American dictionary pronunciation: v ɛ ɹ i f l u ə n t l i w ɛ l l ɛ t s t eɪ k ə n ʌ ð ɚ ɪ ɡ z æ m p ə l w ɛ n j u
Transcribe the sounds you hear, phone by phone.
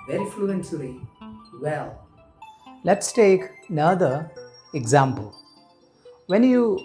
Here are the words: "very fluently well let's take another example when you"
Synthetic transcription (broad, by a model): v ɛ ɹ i f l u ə n s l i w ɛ l l ɛ t s t eɪ k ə n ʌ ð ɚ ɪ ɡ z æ m p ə l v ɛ n j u